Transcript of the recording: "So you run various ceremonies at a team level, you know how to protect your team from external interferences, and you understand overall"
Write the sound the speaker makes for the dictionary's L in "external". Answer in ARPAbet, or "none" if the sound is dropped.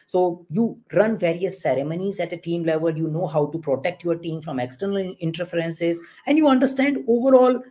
L